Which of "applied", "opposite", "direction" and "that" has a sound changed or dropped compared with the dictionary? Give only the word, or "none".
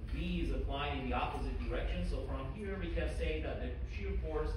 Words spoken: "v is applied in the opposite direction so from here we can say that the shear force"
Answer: none